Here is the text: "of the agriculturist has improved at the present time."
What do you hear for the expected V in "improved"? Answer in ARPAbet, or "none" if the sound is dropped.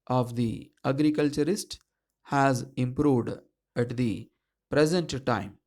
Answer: V